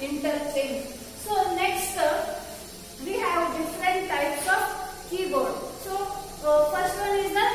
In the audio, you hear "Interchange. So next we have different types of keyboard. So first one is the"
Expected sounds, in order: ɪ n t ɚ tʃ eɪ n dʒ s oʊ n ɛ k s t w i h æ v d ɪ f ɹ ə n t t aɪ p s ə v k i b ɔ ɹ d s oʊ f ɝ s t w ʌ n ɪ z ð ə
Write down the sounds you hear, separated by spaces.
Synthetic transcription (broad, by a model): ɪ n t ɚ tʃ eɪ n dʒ s oʊ n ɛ k s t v i h æ v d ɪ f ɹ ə t t aɪ p s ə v k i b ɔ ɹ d s oʊ f ɝ s t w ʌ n ɪ z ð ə